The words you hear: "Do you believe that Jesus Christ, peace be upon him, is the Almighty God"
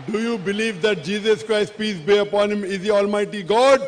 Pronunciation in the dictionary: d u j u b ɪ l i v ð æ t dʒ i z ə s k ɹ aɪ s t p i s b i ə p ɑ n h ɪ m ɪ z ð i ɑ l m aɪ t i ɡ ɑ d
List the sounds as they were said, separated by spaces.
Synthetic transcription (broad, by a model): d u j u b ɪ l i v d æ t dʒ i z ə s k ɹ aɪ s t p i s b i ə p ɑ n h ɪ m ɪ z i ɑ l m aɪ t i ɡ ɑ d